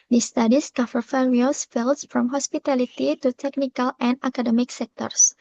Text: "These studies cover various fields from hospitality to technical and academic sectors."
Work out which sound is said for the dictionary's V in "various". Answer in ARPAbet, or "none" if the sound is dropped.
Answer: F